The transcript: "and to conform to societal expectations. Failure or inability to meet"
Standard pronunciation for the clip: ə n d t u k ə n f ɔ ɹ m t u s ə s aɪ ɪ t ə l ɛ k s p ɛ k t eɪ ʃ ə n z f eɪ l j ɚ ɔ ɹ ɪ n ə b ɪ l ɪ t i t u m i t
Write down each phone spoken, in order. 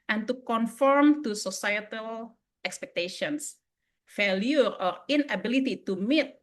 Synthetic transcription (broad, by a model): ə n t u k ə n f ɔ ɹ m t u s ə s aɪ ɪ t ə l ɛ k s p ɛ k t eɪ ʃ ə n s f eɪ l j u ɔ ɹ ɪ n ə b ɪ l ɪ t i t u m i t